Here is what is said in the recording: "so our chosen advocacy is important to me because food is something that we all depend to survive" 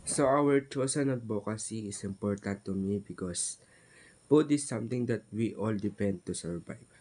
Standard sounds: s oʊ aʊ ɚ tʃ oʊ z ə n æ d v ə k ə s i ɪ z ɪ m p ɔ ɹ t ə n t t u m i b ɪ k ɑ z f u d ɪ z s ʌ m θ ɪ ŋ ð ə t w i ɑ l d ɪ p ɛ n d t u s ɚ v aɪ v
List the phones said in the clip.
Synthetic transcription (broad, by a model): s oʊ aʊ ɚ tʃ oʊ s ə n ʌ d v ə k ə s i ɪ s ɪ m p ɔ ɹ t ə n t t u m i b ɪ k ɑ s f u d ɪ s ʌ m t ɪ ŋ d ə t w i ɑ l d ɪ p ɛ n d t u s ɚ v aɪ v